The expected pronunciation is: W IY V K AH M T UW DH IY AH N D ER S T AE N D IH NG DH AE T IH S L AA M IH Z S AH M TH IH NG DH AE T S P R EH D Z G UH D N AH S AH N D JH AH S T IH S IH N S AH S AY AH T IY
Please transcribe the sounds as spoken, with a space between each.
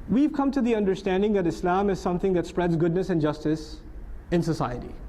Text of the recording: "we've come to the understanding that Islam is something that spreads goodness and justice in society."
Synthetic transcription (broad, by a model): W IY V K AH M T UW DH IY AH N D ER S T AE N D IH NG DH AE T IH S L AA M IH Z S AH M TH IH NG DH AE T S P R EH D Z G UH D N AH S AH N JH AH S T IH S IH N S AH S AY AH T IY